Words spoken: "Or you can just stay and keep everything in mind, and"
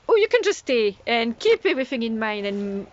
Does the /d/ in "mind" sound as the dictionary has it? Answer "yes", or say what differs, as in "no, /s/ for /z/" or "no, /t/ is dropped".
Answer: no, /d/ is dropped